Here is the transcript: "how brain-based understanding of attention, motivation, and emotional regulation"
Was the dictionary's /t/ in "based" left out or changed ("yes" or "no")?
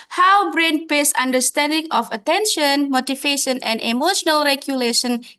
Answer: yes